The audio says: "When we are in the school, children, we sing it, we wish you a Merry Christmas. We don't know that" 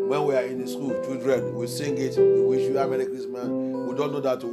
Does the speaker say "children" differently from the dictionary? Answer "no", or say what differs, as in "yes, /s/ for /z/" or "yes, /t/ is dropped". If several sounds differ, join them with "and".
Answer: yes, /l/ is dropped